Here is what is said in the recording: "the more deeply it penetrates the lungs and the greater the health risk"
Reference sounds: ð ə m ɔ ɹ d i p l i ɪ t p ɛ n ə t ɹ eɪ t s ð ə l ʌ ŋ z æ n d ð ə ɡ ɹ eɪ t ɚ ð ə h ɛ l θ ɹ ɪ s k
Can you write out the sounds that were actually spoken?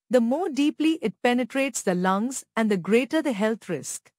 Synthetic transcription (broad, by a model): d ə m ɔ ɹ d i p l i ɪ t p ɛ n ə t ɹ eɪ t s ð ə l ʌ ŋ z æ n d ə ɡ ɹ eɪ t ɚ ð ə h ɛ l t ɹ ɪ s k